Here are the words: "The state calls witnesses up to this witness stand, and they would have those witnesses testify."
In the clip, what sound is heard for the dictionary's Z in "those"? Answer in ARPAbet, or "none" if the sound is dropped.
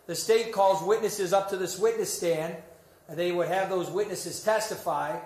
Z